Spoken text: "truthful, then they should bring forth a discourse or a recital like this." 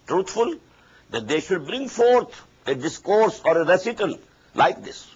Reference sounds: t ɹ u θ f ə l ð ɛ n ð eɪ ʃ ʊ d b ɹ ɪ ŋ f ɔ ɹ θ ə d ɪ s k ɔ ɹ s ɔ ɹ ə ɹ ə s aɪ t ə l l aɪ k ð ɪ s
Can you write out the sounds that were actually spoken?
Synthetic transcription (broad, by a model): t ɹ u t f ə l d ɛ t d eɪ ʃ ʊ d b ɹ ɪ ŋ f ɔ ɹ t ə d ɪ s k ɔ ɹ s ɔ ɹ ə ɹ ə s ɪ t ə l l aɪ k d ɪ s